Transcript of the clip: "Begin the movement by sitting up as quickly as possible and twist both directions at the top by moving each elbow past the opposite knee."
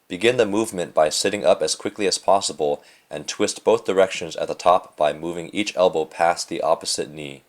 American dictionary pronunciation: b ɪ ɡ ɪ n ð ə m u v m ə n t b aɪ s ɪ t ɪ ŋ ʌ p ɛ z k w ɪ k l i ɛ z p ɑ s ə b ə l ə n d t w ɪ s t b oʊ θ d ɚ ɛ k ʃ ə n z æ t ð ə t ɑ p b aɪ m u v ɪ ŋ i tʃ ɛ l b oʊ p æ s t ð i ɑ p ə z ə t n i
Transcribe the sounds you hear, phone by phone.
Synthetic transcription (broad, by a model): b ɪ ɡ ɪ n ð ə m u v m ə n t b aɪ s ɪ t ɪ ŋ ʌ p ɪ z k w ɪ k l i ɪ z p ɑ s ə b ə l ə n t w ɪ s t b oʊ θ d ɚ ɛ k ʃ ə n z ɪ t ð ə t ɑ p b aɪ m u v ɪ ŋ i tʃ ɛ l b oʊ p æ s ð i ɑ p ə z ə t n i